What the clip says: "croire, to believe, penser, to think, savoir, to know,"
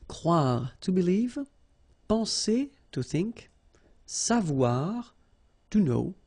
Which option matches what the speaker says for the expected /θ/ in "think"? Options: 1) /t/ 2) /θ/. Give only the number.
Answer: 2